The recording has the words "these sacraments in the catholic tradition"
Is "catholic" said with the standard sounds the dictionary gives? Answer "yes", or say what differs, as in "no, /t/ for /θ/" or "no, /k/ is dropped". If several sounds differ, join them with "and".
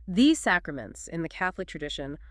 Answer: yes